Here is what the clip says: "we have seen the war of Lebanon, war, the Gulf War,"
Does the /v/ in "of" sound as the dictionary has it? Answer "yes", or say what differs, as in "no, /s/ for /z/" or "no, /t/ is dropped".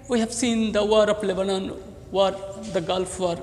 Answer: no, /p/ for /v/